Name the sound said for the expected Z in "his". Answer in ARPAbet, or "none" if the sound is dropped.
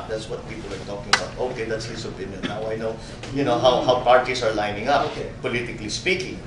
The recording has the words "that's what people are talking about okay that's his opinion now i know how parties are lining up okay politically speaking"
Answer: S